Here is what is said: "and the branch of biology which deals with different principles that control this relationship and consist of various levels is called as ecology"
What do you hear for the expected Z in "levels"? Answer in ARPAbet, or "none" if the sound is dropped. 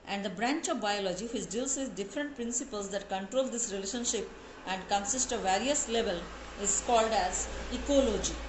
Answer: none